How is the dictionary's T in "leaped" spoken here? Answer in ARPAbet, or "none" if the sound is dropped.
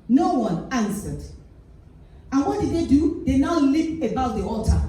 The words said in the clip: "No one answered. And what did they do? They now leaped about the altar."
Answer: none